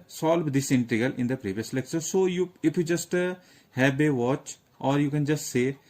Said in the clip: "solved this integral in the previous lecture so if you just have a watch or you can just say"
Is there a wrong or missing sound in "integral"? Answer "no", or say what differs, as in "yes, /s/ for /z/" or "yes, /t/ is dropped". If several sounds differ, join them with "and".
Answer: yes, /ɹ/ is dropped